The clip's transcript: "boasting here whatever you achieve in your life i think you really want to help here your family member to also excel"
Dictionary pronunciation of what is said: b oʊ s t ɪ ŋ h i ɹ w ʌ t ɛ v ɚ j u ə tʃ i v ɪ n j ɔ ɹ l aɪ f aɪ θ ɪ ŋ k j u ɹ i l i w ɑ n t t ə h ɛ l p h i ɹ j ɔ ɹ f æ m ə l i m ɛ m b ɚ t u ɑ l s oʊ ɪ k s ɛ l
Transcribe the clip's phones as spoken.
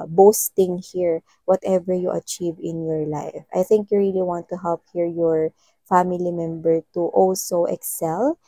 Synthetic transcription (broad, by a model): b oʊ s t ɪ ŋ h i ɹ w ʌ t ɛ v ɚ j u ə tʃ i v ɪ n j ɔ ɹ l aɪ f aɪ θ ɪ ŋ k j u ɹ i l i w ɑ n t t ə h ɛ l p h i ɹ j ɔ ɹ f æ m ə l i m ɛ m b ɚ t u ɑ l s oʊ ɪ k s ɛ l